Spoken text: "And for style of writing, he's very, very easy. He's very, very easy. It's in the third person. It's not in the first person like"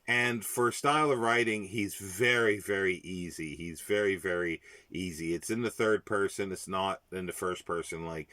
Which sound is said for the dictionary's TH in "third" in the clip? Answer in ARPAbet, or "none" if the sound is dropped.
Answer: TH